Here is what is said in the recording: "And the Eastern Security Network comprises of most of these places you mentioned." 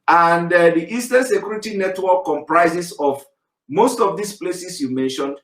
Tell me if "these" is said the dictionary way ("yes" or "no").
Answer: no